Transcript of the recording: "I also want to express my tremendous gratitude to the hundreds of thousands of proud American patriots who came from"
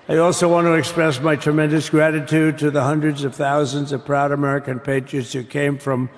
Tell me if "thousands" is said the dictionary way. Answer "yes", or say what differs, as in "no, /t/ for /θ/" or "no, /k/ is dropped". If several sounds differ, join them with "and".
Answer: yes